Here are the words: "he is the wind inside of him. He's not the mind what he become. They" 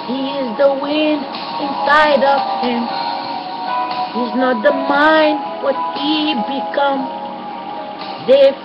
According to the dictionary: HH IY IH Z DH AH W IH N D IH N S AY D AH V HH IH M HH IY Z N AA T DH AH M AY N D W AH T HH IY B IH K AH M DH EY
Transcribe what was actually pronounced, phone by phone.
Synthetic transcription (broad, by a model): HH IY IH Z DH AH W IH N D IH N S AY D AH V HH IH M HH IY Z N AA T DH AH M AY N D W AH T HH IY B IH K AH M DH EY